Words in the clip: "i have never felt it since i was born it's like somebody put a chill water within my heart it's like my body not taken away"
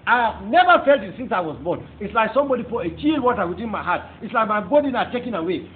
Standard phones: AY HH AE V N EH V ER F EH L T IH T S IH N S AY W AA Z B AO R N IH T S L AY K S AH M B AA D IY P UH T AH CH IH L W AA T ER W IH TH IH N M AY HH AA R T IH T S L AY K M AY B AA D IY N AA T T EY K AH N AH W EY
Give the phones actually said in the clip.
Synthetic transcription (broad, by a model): AY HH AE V N EH V ER F EH L T IH T S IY N S AY W AA Z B AO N IH T S L AY K S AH M B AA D IY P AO AH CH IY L W AA T ER W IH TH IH N M AY HH AA T IH T S L AY K M AY B AA D IY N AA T T EY K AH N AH W EY